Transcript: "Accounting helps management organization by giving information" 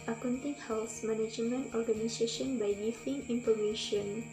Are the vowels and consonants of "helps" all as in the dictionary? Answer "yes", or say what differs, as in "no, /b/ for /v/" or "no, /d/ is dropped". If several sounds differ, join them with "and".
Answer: no, /p/ is dropped